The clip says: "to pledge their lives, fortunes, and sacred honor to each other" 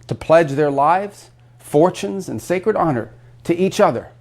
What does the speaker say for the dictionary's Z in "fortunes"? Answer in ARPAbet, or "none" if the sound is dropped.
Z